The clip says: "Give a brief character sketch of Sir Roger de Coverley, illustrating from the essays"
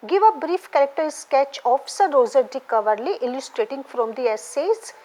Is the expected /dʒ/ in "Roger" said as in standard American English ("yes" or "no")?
no